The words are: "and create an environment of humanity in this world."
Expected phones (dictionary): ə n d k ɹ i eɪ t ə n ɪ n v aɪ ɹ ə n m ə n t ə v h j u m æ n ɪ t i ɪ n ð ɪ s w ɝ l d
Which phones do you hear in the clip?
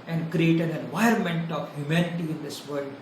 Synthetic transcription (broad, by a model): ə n d k ɹ i eɪ t ə n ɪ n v aɪ ə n m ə n t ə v h j u m æ n ɪ t i ɪ n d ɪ s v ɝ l d